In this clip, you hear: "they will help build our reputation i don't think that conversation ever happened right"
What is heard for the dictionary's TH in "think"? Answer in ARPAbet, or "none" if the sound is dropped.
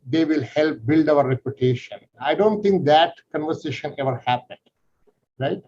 T